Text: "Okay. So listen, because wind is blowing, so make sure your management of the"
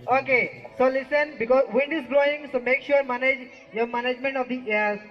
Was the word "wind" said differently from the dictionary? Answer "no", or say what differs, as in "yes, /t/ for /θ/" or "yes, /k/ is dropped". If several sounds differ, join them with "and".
no